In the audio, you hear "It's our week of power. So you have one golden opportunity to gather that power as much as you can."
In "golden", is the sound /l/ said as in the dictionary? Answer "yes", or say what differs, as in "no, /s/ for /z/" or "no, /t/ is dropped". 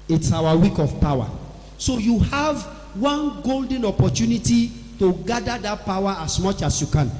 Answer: yes